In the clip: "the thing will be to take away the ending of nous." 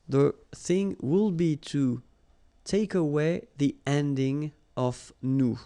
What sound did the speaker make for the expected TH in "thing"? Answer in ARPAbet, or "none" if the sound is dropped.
TH